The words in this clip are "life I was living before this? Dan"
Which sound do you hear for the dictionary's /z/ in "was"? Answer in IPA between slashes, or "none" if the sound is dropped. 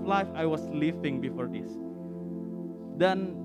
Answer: /s/